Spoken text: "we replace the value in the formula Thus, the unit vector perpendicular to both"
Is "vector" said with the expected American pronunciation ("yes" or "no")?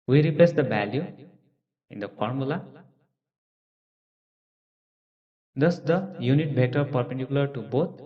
no